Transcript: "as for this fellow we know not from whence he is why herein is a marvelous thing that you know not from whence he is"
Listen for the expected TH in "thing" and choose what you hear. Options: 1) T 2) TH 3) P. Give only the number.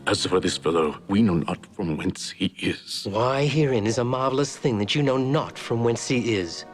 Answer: 2